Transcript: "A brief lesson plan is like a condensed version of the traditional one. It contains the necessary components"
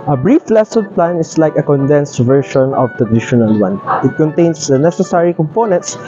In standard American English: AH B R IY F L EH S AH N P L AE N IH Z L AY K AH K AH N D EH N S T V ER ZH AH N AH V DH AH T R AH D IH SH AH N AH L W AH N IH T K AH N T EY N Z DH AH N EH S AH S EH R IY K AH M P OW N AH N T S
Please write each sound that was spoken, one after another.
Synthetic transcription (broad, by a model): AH B R IY F L EH S AH N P L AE N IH S L AY K AH K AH N D EH N S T V ER SH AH N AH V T AH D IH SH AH N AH L W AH N IH T K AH N T EY N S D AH N EH S AH S EH R IY K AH M P OW N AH N T S